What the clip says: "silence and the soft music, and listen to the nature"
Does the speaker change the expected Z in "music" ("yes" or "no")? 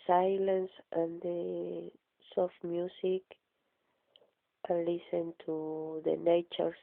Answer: yes